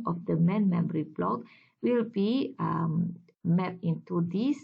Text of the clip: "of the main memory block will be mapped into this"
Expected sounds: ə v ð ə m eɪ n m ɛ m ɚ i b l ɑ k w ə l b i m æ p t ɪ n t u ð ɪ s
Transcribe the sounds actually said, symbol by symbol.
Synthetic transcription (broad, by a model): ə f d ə m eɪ n m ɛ m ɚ i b l ɑ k w ə l b i m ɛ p ɪ n t u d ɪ s